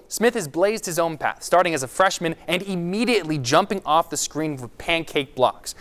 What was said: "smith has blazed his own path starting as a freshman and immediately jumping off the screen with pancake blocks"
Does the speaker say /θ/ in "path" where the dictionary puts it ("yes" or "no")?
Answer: yes